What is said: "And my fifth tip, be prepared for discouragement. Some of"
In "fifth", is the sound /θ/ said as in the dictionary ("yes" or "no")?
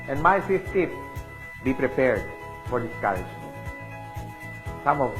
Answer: no